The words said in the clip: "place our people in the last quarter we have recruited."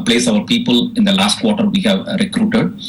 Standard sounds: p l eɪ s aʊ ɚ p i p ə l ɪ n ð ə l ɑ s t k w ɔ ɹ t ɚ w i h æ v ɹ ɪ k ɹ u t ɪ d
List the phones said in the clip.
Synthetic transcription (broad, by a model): p l eɪ s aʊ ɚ p i p ə l ɪ n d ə l ɑ s t k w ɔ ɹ t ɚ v i h æ v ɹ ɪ k ɹ u t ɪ d